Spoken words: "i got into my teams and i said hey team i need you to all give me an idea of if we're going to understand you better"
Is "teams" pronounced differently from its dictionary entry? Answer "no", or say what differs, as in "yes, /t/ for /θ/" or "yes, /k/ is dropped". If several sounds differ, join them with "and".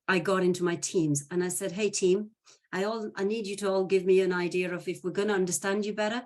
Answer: no